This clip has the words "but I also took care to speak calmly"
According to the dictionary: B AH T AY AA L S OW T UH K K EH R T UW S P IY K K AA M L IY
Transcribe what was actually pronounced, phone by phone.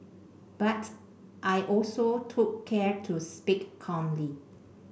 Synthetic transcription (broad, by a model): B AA T AY AA L S OW T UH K K EH R T UW S P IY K K AA M L IY